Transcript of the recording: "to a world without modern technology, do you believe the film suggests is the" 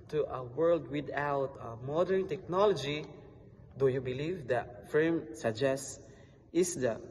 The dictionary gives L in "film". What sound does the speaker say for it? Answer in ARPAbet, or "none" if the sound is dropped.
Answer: none